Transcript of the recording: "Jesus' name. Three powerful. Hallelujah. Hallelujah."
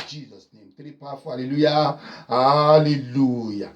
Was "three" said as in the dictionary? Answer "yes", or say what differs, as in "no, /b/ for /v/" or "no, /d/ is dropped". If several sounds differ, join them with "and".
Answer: no, /t/ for /θ/